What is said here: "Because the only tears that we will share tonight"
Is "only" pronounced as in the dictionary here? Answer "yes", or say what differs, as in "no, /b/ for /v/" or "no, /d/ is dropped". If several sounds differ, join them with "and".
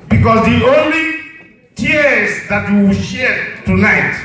yes